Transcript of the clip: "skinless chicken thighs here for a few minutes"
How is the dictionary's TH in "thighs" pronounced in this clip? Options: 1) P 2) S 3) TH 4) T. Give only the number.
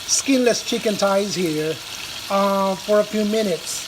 4